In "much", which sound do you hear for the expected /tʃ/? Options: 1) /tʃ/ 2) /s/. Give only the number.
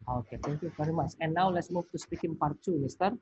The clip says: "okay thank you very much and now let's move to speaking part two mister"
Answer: 2